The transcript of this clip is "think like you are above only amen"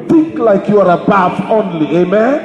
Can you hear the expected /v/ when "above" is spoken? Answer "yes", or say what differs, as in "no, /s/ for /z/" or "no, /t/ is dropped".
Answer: no, /f/ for /v/